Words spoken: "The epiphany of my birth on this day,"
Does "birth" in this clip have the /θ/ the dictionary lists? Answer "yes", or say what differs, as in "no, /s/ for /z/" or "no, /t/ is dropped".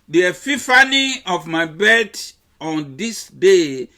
no, /t/ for /θ/